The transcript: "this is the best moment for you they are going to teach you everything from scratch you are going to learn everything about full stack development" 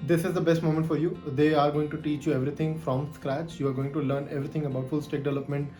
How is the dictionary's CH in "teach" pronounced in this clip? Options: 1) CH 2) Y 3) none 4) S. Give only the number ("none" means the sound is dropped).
1